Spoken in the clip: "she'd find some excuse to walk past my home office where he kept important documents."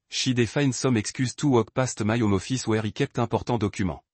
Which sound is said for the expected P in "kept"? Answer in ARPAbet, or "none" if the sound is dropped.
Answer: P